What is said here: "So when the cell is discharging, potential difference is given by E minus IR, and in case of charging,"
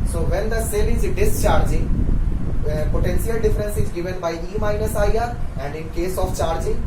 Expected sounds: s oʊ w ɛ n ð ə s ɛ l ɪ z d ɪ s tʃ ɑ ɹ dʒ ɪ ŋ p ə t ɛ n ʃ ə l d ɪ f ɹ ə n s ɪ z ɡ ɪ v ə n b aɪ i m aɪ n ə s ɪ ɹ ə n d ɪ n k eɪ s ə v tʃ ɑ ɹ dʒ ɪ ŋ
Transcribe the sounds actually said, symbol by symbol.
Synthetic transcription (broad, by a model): s oʊ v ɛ n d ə s ɛ l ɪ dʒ d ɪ s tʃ ɑ ɹ dʒ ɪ p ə t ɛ n s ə l d ɪ f ɹ ə n s ɪ z ɡ ɪ v ə n b aɪ i m aɪ n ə s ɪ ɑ ə n d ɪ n k eɪ s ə f tʃ ɑ ɹ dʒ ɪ